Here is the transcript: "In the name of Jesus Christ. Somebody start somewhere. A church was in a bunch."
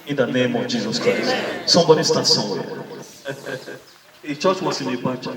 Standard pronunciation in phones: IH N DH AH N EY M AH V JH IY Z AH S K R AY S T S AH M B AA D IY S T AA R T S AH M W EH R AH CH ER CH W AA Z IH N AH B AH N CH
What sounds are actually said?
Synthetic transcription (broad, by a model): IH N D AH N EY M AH JH IY Z AH S K R AY S T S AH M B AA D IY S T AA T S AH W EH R AH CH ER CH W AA S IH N AH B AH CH